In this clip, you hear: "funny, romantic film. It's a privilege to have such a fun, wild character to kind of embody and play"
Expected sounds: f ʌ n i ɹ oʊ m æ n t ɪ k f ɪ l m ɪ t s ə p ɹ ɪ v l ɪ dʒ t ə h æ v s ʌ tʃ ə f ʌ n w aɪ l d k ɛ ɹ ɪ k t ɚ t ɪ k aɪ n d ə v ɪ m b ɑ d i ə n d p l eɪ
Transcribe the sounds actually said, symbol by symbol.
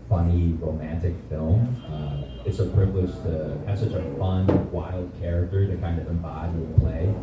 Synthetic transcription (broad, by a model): f ʌ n i ɹ oʊ m æ n t ɪ k f ɪ l m ɪ t s ə p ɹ ɪ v l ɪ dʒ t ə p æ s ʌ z ə f ʌ n w aɪ l d k ɛ ɹ ɪ k t ɚ t ɪ k aɪ n d ə v ɪ m b ɑ d i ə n p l eɪ